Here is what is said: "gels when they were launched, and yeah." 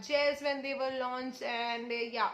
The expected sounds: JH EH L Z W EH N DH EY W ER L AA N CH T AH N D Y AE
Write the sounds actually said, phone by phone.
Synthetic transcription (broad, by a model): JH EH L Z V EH N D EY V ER L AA N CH AH N D Y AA